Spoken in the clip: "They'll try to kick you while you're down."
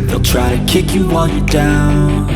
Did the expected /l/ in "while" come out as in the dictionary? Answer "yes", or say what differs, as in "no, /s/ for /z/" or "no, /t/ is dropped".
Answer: no, /n/ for /l/